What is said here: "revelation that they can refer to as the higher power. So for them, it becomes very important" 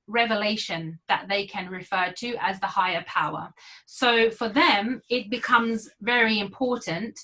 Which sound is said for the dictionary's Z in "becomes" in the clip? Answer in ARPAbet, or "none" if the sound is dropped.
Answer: Z